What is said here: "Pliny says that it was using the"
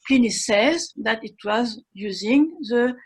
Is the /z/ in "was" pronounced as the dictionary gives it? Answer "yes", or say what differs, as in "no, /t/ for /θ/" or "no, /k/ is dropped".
yes